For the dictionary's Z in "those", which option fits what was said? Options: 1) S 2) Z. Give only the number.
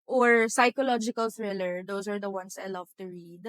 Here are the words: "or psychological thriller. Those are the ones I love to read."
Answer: 1